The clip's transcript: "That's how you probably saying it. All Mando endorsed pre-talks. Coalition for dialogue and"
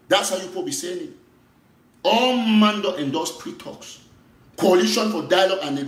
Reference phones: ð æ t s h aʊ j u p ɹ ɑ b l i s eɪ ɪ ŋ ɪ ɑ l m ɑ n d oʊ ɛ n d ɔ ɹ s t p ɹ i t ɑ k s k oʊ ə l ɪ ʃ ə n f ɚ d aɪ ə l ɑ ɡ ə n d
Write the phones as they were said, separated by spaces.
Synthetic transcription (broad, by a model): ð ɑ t s h aʊ j u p ɑ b i s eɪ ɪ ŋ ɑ m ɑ n d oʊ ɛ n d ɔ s p ɹ i t ɑ k s k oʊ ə l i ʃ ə n f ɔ d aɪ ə l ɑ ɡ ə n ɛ